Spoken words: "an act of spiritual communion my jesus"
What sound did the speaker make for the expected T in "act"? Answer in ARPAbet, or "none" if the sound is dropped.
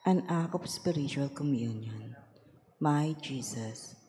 none